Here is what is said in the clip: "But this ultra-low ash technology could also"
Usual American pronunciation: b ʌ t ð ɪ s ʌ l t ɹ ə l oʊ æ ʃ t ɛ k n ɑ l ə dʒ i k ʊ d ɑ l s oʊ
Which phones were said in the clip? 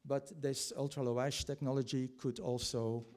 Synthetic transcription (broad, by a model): b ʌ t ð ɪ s ʌ l t ɹ ə l oʊ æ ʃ t ɛ k n ɑ l ə dʒ i k ʊ d ɑ l s oʊ